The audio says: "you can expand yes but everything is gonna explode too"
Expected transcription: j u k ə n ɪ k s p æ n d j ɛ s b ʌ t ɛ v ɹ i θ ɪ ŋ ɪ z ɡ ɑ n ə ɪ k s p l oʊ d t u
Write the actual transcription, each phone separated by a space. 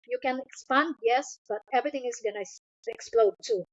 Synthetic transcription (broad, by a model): j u k ə n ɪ k s p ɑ n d j ɛ s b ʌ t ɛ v ɹ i t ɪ ŋ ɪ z ɡ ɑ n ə ɪ k s p l oʊ d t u